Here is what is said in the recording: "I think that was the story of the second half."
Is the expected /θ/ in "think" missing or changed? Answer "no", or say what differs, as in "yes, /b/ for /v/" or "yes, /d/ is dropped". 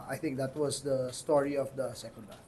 yes, /t/ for /θ/